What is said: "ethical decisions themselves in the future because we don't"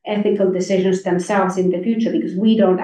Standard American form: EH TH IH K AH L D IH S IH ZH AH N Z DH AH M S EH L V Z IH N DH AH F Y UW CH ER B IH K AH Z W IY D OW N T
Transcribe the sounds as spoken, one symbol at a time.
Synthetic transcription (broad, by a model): EH TH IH K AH L D IH S IH ZH AH N Z DH AH M S EH L V Z IH N DH AH F Y UW CH ER B IH K AH Z W IY D OW N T